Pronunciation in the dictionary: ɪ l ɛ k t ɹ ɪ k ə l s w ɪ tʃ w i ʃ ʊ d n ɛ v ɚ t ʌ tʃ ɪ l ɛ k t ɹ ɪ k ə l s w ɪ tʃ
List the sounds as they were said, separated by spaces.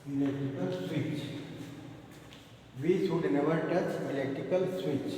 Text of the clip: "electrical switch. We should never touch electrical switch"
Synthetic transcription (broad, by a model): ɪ l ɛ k t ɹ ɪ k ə l s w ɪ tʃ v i s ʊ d n ɛ v ɚ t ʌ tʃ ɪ l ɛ k t ɪ k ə l s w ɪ tʃ